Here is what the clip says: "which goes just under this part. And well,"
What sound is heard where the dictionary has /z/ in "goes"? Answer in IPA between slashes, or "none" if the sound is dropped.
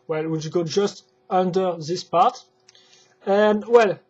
none